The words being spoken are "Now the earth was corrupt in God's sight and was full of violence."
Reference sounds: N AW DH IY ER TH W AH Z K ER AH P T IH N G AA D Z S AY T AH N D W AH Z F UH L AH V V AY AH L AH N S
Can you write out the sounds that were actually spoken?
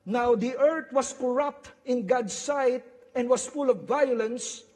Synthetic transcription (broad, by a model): N AW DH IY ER T W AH S K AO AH P T IH N G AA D S AY T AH N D W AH S F UH L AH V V AY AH L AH N S